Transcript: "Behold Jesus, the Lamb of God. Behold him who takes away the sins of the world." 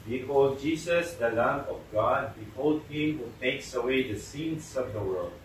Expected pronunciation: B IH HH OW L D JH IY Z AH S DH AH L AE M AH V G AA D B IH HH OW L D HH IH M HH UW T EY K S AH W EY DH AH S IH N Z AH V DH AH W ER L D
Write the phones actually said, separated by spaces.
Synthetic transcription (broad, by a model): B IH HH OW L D JH IY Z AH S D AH L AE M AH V G AA D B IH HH OW L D HH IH M HH UW T EY K S AH W EY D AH S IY N S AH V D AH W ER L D